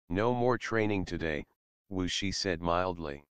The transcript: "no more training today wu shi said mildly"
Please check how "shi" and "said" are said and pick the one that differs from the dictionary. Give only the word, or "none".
none